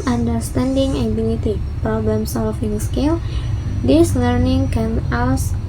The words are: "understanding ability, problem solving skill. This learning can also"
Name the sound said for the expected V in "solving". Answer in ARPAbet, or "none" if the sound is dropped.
F